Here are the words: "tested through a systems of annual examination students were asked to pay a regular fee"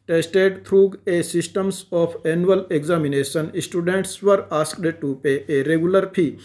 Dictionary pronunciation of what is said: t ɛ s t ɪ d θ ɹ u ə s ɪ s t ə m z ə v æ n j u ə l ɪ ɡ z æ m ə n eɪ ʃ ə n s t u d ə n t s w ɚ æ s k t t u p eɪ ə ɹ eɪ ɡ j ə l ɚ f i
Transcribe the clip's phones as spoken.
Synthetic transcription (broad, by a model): t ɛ s t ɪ d t ɹ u ə s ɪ s t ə m s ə f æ n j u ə l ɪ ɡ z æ m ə n eɪ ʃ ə n s t u d ə n t s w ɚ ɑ s k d t u p eɪ ə ɹ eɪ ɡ j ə l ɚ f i